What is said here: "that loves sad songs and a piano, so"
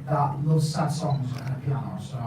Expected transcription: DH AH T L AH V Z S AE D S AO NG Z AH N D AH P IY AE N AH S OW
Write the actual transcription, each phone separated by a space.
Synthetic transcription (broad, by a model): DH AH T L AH Z S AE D S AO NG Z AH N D AH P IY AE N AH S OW